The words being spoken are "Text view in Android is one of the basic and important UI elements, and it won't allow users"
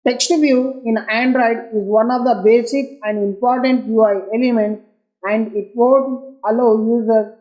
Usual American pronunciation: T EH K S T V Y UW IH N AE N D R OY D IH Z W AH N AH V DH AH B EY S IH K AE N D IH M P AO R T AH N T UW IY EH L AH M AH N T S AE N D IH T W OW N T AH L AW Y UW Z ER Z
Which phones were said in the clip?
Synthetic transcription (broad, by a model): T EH K S T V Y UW IH N AE N D R OY D IH Z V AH N AH V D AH B EY S IH K AE N D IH M P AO R T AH N T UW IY EH L AH M AH N T S AE N D IH T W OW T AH L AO Y UW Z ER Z